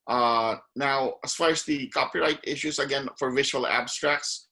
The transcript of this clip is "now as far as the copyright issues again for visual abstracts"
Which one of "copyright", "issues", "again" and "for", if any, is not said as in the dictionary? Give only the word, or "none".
issues